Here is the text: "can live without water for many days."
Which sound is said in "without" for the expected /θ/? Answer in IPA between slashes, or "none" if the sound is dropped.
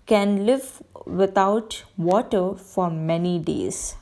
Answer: /t/